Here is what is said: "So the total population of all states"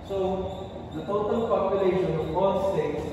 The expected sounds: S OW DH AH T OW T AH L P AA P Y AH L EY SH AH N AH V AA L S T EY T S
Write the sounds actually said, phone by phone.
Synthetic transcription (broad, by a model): S OW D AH T OW T AH L P AA P Y AH L EY SH AH N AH B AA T S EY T